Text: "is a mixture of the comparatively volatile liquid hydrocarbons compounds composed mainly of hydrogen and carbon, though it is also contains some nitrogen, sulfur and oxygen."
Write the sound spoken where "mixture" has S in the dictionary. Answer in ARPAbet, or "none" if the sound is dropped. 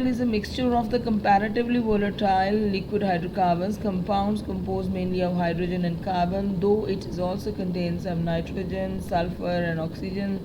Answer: S